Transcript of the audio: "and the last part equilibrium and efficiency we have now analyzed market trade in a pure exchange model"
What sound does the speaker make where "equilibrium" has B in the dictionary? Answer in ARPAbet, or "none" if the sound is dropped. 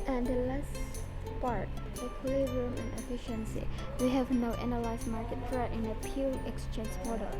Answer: none